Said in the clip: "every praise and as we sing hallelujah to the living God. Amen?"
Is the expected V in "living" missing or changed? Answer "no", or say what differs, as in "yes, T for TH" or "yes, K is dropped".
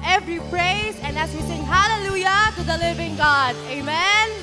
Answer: no